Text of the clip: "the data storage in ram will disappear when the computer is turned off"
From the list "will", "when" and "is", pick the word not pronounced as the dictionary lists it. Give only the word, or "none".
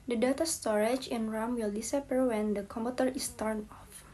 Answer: is